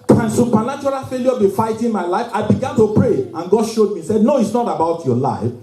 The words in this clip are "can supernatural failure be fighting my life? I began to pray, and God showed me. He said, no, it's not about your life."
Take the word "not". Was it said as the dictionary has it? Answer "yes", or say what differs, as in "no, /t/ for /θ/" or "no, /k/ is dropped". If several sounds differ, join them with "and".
yes